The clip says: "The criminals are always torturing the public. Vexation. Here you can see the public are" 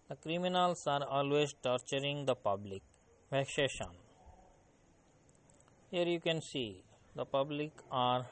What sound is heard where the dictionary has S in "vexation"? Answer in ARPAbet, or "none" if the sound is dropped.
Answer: SH